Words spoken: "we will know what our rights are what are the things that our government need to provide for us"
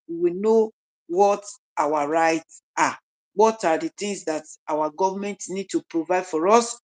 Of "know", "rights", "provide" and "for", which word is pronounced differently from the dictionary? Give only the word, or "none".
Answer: none